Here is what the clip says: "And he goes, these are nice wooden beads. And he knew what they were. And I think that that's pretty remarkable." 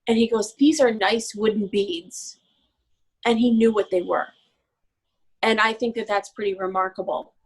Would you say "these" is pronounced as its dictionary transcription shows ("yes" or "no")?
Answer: yes